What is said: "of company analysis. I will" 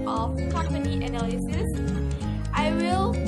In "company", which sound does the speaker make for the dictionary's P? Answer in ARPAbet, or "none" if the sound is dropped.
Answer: none